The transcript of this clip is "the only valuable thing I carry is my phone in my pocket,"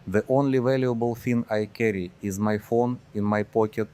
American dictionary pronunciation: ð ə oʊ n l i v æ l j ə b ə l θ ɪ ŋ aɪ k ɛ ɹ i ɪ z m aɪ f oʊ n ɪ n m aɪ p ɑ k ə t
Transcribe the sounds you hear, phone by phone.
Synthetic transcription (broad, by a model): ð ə oʊ n l i v æ l j ə b ə l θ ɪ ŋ aɪ k ɛ ɹ i ɪ z m aɪ f oʊ n ɪ n m aɪ p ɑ k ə t